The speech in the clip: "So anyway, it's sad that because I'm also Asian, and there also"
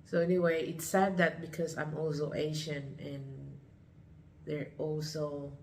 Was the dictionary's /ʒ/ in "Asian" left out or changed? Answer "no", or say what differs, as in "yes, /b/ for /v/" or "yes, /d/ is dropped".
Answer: yes, /ʃ/ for /ʒ/